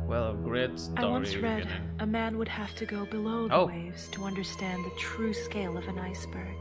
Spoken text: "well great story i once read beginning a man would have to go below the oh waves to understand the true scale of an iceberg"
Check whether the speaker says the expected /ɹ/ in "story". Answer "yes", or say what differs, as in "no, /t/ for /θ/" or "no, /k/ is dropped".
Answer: no, /ɹ/ is dropped